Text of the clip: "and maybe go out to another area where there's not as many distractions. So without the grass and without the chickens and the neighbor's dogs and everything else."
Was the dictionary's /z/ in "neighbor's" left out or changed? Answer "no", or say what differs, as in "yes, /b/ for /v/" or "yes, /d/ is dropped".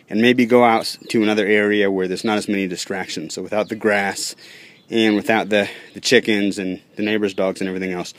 no